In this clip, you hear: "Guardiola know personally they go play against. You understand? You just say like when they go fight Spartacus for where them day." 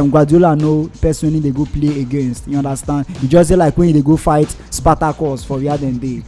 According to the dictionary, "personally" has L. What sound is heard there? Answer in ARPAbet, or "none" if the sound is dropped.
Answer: N